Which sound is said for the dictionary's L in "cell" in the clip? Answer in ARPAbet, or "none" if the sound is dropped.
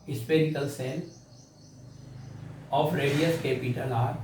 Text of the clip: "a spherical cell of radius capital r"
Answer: N